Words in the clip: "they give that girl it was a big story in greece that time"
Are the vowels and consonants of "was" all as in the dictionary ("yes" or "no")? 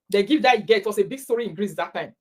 no